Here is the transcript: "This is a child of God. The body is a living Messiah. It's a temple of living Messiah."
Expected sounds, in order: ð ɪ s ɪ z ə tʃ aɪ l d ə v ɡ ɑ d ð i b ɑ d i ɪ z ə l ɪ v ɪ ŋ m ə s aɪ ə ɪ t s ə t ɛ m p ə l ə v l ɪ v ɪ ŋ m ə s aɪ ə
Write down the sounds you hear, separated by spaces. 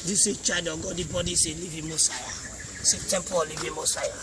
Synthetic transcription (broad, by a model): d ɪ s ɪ tʃ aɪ d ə ɡ ɑ d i b ɑ d i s ə l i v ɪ m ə s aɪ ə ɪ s ə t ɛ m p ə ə l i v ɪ m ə s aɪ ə